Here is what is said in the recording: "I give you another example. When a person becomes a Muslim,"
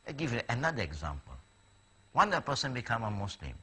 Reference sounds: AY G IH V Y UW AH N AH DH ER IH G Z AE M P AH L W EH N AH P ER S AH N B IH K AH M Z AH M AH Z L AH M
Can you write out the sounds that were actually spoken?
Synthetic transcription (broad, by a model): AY G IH V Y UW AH N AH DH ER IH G Z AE M P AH L W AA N AH P ER S AH N B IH K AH M AH M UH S L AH M